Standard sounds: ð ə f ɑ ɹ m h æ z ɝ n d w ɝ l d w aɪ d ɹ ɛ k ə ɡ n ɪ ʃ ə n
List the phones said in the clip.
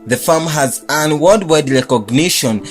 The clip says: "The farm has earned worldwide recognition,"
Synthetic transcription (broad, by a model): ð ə f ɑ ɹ m h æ z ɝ n w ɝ d w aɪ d ɹ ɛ k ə ɡ n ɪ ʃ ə n